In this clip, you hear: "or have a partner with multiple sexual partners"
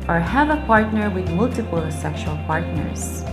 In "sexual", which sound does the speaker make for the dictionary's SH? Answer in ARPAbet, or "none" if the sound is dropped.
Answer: SH